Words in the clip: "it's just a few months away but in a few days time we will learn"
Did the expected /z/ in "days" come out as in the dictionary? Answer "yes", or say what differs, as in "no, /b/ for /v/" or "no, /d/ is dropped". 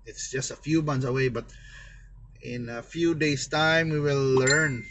no, /s/ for /z/